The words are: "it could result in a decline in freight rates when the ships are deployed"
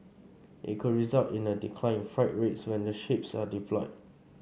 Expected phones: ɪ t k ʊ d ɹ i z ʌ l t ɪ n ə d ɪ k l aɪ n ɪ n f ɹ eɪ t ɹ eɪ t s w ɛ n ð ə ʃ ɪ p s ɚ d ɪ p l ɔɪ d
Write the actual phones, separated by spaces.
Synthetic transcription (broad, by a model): ɪ t k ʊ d ɹ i z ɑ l t ɪ n ə d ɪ k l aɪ ɪ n f ɹ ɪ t ɹ eɪ t s w ɛ n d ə ʃ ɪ p s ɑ d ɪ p l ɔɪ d